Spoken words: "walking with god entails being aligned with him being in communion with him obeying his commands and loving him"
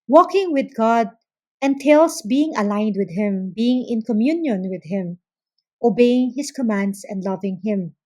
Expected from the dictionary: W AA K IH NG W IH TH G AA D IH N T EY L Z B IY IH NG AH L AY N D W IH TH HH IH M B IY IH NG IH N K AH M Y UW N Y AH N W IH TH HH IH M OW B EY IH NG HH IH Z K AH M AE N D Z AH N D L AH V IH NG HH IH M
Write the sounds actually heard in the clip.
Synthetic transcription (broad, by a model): W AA K IH NG W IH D G AA D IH N T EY L S B IY IH NG AH L AY N D W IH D HH IH M B IY IH NG IH N K AH M Y UW N Y AH N W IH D HH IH M OW B EY IH NG HH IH S K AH M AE N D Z AH N D L AH V IH NG HH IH M